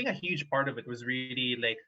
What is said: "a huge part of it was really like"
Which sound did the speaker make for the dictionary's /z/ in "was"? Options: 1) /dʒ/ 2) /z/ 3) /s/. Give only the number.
2